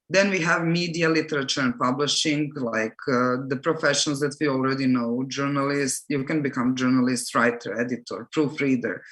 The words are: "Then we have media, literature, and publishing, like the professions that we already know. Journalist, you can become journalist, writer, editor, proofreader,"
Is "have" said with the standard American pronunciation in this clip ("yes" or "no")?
yes